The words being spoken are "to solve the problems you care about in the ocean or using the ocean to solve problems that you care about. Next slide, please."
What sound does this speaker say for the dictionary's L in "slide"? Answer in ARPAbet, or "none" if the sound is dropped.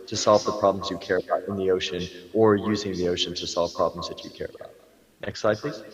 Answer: none